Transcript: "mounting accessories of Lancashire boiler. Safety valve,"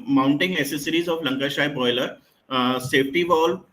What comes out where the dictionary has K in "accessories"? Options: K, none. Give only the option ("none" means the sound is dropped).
none